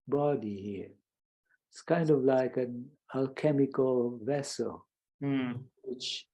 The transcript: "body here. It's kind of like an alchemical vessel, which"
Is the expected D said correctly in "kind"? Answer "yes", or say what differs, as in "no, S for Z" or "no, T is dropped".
yes